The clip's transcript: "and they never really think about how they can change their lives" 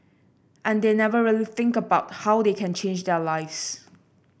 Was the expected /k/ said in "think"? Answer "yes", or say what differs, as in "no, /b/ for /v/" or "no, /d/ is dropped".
yes